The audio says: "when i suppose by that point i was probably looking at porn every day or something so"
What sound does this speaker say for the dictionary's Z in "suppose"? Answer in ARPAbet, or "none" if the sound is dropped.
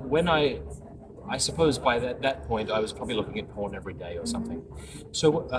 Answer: Z